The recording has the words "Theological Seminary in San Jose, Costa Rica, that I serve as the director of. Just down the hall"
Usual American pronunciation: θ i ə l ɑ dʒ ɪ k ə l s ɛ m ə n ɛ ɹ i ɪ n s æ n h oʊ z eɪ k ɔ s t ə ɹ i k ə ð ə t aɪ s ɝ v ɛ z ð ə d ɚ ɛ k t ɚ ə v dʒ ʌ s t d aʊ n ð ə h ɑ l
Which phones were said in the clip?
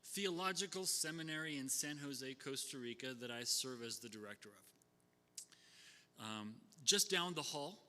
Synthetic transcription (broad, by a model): θ i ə l ɑ dʒ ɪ k l s ɛ m ə n ɛ ɹ i ɪ n s æ n h oʊ z eɪ k ɔ s t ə ɹ i k ə ð ə t aɪ s ɝ v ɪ z ð ə d ɚ ɛ k t ɚ ə v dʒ ʌ s d aʊ n ð ə h ɑ l